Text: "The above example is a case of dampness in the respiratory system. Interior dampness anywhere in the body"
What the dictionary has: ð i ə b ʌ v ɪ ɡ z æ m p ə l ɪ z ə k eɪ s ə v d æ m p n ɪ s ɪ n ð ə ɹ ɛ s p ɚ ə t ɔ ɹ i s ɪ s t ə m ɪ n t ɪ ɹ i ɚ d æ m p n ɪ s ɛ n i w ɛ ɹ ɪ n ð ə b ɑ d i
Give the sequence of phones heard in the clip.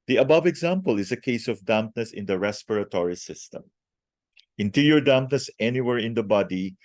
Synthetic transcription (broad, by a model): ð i ə b ʌ v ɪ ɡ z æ m p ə l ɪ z ə k eɪ s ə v d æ m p n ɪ s ɪ n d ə ɹ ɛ s p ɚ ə t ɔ ɹ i s ɪ s t ə m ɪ n t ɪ ɹ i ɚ d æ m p n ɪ s ɛ n i w ɛ ɹ ɪ n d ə b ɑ d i